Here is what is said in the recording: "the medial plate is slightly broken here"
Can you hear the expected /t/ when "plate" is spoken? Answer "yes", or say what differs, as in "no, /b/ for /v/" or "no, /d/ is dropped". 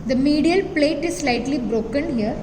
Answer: yes